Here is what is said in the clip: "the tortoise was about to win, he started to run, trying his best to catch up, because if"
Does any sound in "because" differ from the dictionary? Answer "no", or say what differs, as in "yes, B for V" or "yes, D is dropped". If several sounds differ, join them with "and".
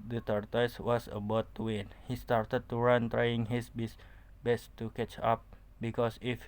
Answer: yes, S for Z